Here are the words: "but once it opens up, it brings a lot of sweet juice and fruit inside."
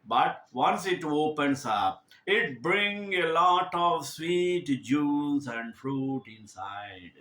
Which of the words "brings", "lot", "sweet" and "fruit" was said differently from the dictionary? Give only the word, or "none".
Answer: brings